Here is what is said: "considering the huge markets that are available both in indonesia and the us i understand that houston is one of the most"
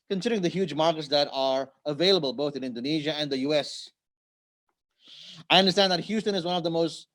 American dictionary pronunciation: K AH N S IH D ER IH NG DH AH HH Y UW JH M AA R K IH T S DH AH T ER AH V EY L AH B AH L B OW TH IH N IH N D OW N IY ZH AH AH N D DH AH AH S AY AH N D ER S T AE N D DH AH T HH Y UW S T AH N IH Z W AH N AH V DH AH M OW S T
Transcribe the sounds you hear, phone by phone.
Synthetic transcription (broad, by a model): K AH N S IH D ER IH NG DH AH HH Y UW JH M AA R K IH T S DH AH T ER AH V EY L AH B AH L B OW TH IH N IH N D OW N IY ZH AH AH N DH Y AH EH S AY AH N D ER S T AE N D DH AH T HH Y UW S T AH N IH Z W AH N AH V DH AH M OW S T